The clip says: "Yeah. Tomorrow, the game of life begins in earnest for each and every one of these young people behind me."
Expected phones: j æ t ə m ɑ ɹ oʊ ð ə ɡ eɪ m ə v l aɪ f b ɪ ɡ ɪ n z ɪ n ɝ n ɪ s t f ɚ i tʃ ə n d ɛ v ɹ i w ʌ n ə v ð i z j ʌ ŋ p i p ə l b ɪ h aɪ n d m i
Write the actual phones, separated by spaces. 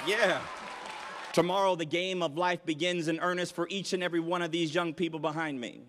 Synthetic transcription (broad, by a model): j æ t ə m ɑ ɹ oʊ ð ə ɡ eɪ m ə v l aɪ f b ɪ ɡ ɪ n z ɪ n ɝ n ɪ s t f ɚ i tʃ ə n ɛ v ɹ i w ʌ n ə v ð i z j ʌ ŋ p i p l b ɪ h aɪ n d m i